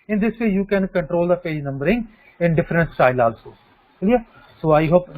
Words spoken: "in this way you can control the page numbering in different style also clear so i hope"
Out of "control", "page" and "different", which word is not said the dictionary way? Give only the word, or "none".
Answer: none